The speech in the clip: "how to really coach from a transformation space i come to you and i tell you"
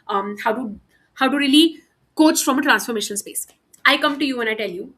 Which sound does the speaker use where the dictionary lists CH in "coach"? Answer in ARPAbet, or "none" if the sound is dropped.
CH